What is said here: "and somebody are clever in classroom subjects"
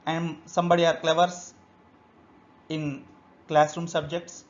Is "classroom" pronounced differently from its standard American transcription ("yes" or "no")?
no